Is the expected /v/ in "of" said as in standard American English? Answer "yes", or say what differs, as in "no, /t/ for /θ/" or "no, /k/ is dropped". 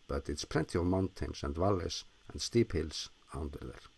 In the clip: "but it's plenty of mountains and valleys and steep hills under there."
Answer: yes